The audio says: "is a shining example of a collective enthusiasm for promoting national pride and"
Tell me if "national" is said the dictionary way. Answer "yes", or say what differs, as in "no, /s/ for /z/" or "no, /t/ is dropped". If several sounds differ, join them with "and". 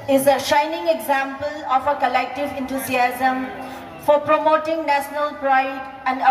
yes